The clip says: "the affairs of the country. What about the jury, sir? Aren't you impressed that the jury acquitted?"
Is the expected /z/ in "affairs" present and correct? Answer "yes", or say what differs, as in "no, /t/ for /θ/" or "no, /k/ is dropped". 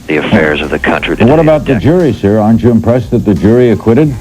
yes